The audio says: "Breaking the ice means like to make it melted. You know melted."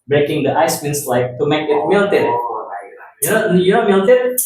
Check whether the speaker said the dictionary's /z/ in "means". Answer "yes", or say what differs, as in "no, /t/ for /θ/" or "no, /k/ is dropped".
no, /s/ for /z/